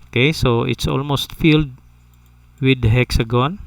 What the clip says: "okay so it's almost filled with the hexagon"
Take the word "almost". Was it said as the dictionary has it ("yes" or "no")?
yes